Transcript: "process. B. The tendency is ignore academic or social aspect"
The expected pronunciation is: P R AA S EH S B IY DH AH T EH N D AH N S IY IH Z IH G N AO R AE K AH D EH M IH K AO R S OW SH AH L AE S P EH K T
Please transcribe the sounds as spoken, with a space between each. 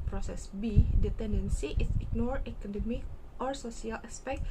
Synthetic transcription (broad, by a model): P R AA S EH S B IY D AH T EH N D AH N S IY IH S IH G N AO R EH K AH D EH M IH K AO R S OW S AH L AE S P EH K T